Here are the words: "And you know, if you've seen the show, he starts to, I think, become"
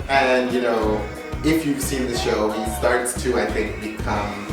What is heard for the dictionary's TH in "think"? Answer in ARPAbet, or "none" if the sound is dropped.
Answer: TH